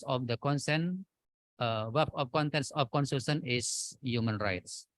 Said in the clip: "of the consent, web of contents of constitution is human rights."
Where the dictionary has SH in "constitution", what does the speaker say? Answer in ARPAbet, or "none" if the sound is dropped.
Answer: S